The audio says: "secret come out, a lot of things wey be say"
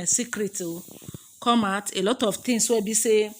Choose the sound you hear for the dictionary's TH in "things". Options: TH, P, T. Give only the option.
T